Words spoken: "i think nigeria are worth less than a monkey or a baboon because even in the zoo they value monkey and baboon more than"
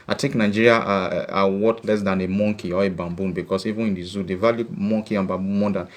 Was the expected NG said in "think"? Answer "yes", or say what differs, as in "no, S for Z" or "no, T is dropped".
no, NG is dropped